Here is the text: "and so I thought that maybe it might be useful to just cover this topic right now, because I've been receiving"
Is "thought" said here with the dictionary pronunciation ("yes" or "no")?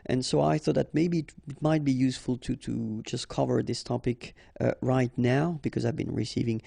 yes